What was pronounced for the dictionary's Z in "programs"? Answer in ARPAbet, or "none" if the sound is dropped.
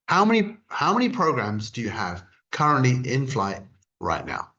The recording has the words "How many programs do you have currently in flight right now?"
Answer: Z